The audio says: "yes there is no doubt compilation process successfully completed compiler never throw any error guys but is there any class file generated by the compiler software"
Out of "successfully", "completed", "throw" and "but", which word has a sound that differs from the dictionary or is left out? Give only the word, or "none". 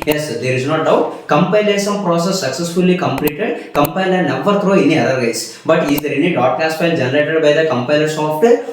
throw